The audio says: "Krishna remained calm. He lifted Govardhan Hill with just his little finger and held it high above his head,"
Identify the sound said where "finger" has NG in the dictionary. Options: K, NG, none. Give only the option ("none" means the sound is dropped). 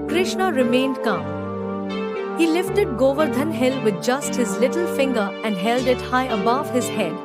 NG